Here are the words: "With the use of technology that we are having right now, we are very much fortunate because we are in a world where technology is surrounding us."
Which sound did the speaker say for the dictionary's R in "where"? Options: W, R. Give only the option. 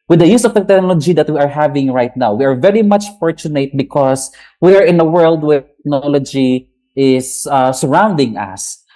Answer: R